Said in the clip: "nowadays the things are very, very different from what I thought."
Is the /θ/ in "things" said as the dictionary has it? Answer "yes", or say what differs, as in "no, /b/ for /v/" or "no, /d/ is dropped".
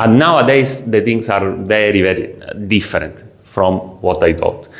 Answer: no, /t/ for /θ/